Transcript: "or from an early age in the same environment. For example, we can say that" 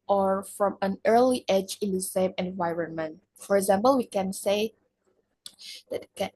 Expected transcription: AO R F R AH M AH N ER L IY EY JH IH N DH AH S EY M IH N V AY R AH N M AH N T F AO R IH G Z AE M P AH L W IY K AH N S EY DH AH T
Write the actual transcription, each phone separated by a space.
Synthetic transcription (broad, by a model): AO R F R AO M AH N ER L IY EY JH IH N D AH S EY M IH N V AY R AH N M AH N T F AO R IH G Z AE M P AH L W IY K AH N S EY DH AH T